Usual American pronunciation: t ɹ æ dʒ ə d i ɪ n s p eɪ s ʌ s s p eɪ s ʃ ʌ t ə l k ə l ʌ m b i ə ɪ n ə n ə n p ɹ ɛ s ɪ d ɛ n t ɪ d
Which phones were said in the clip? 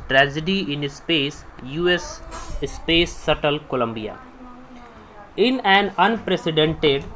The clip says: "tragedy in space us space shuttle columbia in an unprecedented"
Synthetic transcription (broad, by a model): t ɹ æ dʒ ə d i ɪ n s p eɪ s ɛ s s p eɪ s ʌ t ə l k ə l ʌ m b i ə ɪ n ə n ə n p ɹ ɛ s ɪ d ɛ n t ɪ d